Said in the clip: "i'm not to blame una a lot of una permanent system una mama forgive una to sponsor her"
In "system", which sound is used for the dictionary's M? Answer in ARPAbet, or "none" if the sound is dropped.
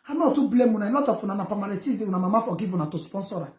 none